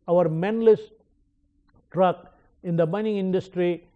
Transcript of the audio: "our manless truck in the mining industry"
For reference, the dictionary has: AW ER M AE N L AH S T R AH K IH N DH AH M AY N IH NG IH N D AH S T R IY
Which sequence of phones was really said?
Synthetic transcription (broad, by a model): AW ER M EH N L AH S T R AH K IH N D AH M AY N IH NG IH N D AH S T R IY